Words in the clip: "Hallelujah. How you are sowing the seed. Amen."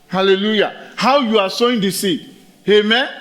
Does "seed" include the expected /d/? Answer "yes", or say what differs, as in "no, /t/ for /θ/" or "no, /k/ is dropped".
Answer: no, /d/ is dropped